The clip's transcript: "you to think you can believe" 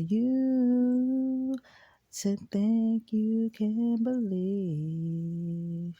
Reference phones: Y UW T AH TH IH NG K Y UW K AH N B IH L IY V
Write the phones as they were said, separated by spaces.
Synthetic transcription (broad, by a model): Y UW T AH T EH K Y UW K AH N B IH L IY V